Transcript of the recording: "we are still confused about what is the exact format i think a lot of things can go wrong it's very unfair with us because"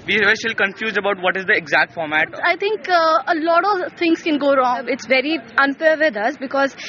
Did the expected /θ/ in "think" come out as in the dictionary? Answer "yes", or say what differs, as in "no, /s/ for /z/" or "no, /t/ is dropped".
no, /t/ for /θ/